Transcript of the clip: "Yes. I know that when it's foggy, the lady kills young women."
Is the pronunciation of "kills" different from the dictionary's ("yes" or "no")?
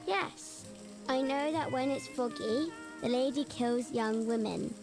no